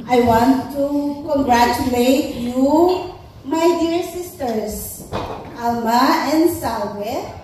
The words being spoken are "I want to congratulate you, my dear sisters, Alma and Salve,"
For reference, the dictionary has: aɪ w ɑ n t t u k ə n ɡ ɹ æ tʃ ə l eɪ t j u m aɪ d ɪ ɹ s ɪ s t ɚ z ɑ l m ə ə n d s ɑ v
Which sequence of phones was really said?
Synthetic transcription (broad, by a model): aɪ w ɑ n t t u k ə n ɡ ɹ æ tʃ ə l eɪ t j u m aɪ d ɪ ɹ s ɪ s t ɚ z ɑ l m ə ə n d s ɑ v